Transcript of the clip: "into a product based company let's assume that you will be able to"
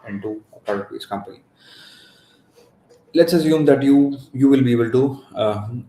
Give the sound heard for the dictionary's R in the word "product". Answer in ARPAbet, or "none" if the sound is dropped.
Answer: none